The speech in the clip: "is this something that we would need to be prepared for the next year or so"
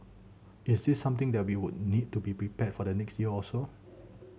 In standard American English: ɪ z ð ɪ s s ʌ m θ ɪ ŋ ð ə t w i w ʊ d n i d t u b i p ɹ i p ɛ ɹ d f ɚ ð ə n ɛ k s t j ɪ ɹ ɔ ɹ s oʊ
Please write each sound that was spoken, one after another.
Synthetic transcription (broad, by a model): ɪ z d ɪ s s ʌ m t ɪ ŋ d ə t w i w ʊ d n i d t u b i p ɹ i p ɛ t f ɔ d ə n ɛ k s t j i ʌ ɔ l s oʊ